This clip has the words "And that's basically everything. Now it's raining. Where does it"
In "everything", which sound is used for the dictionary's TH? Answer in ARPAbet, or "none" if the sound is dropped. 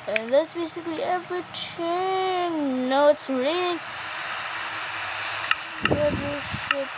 T